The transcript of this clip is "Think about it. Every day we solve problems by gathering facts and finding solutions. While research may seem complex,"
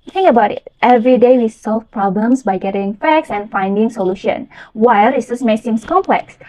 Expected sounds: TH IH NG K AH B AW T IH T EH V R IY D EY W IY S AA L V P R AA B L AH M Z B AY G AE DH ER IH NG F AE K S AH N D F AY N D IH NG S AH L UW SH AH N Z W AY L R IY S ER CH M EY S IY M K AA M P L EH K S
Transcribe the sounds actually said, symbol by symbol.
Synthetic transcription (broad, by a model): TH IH NG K AH B AW T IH T EH V R IY D EY W IY S AA L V P R AA B L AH M S B AY G ER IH NG F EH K S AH N F AY N D IH NG S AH L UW SH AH N W AY L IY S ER S M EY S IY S K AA M P L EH K S